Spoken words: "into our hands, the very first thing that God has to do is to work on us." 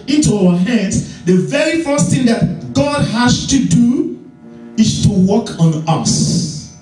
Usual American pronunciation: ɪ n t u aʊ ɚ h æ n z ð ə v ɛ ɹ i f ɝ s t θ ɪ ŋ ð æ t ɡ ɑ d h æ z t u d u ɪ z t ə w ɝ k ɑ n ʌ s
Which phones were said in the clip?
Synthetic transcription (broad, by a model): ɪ n t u aʊ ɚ h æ n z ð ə v ɛ ɹ i f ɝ s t θ ɪ ŋ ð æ t ɡ ɑ d h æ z t u d u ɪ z t ə w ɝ k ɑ n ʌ s